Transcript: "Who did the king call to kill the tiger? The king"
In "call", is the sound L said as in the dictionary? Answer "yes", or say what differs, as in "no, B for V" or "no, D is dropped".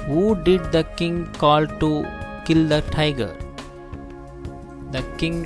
yes